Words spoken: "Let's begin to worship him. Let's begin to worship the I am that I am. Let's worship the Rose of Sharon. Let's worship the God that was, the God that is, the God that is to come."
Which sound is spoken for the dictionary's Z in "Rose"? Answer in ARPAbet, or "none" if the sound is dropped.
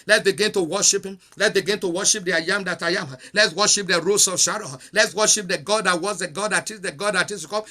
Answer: S